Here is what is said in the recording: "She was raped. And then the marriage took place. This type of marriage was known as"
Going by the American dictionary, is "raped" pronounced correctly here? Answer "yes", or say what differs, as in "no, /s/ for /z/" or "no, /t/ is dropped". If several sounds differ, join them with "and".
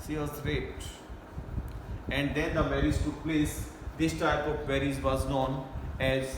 no, /p/ is dropped